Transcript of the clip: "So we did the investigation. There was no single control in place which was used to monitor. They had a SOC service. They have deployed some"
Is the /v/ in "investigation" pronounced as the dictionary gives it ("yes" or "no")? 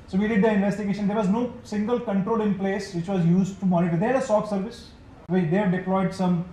yes